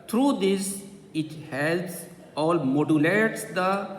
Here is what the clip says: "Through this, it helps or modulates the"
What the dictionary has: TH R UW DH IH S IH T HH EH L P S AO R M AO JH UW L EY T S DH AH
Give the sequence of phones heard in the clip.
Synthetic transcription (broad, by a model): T R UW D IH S IH T HH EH L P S AO L M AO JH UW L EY T S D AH